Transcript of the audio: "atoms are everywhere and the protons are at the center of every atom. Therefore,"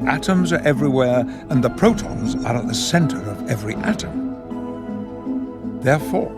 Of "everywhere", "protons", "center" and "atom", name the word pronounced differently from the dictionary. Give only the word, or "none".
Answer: none